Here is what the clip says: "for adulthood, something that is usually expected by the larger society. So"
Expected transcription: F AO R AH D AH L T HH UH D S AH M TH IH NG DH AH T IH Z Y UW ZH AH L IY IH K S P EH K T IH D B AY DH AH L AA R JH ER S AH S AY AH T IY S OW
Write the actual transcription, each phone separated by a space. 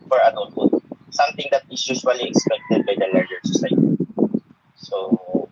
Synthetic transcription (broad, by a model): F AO R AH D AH T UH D S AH M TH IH NG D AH T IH S Y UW SH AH L IY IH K S P EH K T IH D B AY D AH L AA R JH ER S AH S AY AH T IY S OW